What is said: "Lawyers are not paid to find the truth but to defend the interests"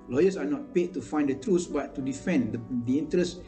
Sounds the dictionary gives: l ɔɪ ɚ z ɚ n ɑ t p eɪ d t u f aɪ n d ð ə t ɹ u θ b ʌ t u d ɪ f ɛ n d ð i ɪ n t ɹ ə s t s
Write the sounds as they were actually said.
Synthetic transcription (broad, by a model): l ɔɪ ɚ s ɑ n ɑ t p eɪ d t u f aɪ n d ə t ɹ u s b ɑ t u d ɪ f ɛ n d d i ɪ n t ɹ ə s s